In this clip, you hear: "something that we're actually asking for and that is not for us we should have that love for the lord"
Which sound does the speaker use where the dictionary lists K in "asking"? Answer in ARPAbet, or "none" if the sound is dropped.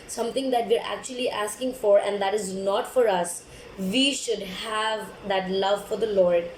K